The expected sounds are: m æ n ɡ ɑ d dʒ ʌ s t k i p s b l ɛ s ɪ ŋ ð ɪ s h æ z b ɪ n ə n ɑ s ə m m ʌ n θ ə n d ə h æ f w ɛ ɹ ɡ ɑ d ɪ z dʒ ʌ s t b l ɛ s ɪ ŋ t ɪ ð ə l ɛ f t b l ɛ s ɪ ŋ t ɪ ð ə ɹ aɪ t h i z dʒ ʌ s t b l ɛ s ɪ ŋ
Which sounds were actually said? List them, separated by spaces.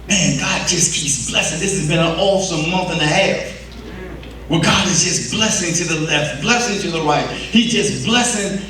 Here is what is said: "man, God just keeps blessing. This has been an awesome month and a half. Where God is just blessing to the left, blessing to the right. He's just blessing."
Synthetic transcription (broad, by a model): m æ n ɡ ɑ d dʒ ʌ s k i p s b l ɛ s ɪ ŋ ð ɪ s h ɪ z b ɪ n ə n ɑ s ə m m ʌ n θ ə n ə h æ f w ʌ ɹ ɡ ɑ d ɪ z dʒ ʌ s b l ɛ s ɪ ŋ t ɪ ð ə l ɛ f t b l ɛ s ɪ ŋ t ɪ ð ə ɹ aɪ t h i dʒ ʌ s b l ɛ s ɪ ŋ